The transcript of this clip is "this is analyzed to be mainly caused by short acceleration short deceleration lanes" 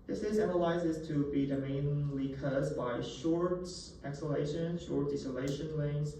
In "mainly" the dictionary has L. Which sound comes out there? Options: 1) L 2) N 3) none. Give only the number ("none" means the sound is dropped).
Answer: 1